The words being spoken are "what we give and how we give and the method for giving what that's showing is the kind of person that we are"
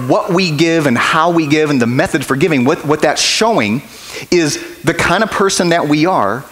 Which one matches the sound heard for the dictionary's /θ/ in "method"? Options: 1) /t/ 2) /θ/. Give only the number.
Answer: 2